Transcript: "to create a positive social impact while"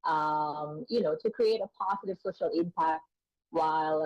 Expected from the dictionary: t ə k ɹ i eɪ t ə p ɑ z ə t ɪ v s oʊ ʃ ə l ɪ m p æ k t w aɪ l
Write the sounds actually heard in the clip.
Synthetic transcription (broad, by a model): t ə k ɹ i eɪ t ə p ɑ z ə t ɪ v s oʊ ʃ ə l ɪ m p æ k t w aɪ l